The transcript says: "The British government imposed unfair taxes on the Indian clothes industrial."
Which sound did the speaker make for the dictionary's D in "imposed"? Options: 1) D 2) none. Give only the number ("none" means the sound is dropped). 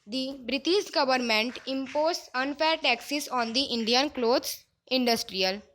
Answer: 2